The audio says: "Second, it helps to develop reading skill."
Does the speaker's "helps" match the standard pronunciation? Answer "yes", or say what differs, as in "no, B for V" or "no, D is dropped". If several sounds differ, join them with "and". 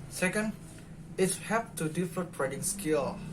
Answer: no, L is dropped and S is dropped